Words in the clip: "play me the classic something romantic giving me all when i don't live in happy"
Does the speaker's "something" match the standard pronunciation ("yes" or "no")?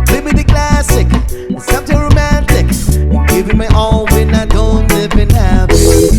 no